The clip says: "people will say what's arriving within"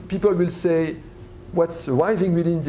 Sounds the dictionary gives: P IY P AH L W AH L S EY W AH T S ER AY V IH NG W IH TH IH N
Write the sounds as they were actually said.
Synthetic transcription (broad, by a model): P IY P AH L W AH L S EY W AH T S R AY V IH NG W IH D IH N